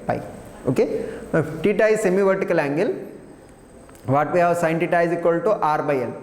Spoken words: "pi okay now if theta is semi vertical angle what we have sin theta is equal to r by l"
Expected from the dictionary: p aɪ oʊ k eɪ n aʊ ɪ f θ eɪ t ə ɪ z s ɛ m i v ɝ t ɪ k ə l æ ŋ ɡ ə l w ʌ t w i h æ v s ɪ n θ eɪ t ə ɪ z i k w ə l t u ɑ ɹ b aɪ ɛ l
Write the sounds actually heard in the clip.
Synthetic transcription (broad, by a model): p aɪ oʊ k eɪ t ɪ t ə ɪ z s ɛ m i v ɝ t ɪ k ə l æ ŋ ɡ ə l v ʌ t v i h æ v s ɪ n t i t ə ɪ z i k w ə l t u ɑ ɹ b aɪ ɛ l